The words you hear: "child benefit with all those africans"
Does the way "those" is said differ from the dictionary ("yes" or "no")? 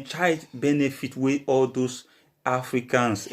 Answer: yes